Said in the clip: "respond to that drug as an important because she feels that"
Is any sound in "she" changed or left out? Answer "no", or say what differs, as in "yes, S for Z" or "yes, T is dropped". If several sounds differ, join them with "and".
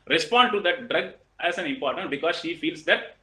no